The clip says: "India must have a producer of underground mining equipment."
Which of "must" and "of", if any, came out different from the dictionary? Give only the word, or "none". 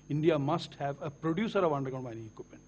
none